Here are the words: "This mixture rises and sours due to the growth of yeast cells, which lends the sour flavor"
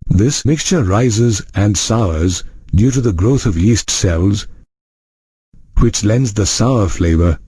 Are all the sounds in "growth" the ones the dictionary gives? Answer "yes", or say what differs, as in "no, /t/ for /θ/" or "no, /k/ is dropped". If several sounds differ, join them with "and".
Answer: yes